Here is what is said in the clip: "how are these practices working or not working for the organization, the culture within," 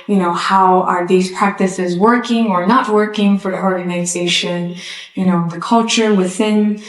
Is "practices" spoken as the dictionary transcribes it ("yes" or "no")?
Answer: yes